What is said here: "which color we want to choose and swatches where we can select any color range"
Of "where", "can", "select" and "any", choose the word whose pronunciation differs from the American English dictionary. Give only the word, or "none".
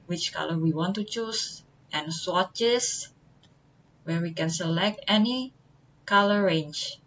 none